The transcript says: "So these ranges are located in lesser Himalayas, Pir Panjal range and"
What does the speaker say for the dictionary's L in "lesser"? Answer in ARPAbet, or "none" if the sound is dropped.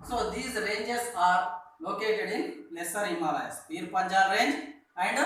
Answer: L